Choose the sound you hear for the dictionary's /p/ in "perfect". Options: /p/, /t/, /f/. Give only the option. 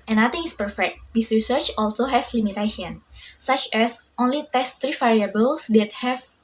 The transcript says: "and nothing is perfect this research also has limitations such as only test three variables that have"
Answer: /p/